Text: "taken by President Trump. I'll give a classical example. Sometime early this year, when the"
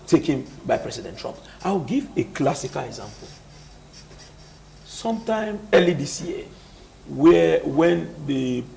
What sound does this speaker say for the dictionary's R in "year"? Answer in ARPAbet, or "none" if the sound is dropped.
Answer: W